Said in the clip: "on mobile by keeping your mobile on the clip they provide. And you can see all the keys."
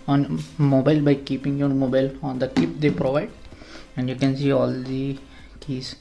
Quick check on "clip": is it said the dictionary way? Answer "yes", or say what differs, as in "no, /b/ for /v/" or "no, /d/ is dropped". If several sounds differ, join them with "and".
no, /l/ is dropped